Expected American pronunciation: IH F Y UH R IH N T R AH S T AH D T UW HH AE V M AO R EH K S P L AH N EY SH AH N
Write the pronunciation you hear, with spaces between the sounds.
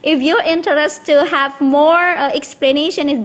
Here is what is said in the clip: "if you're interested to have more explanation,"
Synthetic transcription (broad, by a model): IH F Y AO R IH N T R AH T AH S T UW HH AE V M AO R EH K S P L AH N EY SH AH N